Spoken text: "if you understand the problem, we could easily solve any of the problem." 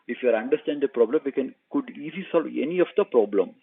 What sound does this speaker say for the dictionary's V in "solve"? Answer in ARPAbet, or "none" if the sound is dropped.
V